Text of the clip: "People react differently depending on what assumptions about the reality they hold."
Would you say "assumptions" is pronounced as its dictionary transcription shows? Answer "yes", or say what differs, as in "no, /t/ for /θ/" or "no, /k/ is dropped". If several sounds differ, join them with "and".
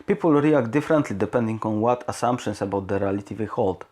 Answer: no, /s/ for /z/